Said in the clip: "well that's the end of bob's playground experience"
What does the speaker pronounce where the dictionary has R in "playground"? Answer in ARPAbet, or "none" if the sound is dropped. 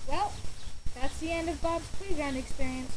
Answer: none